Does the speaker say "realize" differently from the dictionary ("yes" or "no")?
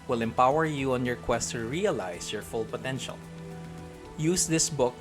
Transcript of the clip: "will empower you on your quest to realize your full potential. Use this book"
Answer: yes